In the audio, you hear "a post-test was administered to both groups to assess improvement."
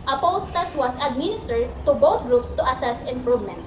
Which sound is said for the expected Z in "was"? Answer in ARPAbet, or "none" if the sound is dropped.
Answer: S